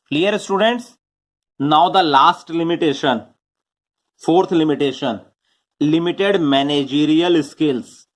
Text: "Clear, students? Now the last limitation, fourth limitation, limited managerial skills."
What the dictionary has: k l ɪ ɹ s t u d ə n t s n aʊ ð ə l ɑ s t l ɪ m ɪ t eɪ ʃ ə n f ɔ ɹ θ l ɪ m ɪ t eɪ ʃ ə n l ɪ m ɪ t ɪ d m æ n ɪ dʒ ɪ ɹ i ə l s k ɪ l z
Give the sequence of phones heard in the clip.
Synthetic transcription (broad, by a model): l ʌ ɹ s t u d ə n t s n aʊ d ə l ɑ s t l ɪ m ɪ t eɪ ʃ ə n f ɔ ɹ t l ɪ m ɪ t eɪ ʃ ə n l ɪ m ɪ t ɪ d m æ n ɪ dʒ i ɹ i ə l s k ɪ l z